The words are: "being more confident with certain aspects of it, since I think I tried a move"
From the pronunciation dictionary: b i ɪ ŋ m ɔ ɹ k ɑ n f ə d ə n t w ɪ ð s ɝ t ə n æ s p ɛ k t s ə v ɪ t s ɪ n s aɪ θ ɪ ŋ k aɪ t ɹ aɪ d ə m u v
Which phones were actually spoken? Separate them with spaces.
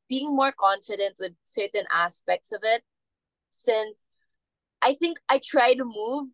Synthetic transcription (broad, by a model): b i ɪ ŋ m ɔ ɹ k ɑ n f ə d ə n t w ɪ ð s ɝ t ə n æ s p ɛ k t s ə v ɪ t s ɪ n s aɪ θ ɪ ŋ k aɪ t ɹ aɪ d ə m u v